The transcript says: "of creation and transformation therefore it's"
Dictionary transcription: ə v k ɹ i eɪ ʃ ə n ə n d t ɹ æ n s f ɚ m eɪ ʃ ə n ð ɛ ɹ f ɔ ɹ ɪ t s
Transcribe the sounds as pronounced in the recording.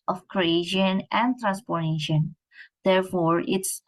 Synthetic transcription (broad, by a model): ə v k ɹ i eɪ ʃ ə n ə n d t ɹ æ n s p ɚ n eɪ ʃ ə n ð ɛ ɹ f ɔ ɹ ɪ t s